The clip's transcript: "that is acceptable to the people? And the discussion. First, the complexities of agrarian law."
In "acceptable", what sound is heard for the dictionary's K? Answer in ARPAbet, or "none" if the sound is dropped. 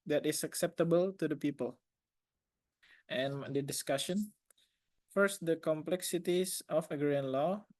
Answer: K